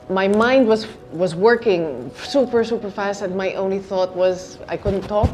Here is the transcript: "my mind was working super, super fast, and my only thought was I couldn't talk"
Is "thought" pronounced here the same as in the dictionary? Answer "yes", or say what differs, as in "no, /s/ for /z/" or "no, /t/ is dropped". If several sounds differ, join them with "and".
yes